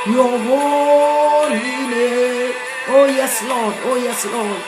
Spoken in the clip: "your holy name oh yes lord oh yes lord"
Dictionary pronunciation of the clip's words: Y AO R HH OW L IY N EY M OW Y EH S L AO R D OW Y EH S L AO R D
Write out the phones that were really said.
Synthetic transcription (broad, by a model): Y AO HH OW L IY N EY OW Y EH S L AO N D OW Y EH S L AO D